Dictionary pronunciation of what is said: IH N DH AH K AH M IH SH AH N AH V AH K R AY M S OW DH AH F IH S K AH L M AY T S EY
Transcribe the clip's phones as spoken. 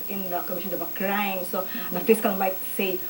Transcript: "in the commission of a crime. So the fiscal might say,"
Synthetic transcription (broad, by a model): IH N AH K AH M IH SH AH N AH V AH K R AY M S OW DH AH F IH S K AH N M AY T S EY